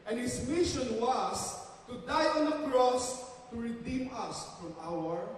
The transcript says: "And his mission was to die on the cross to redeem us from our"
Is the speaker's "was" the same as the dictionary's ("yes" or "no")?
no